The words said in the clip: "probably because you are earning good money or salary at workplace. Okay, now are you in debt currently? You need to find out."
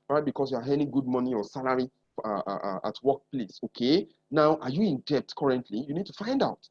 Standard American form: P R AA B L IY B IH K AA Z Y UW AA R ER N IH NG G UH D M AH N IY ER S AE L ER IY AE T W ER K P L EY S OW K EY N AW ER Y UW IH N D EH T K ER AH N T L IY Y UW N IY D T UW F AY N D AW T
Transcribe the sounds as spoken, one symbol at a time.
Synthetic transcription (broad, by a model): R AA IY B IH K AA S Y UW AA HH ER IH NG G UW D M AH N IY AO S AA L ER IY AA T W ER K P L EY S OW K EY N AW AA Y UW IH N D EH T K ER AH N T L IY Y UW N IY D T UW F AY N D AW T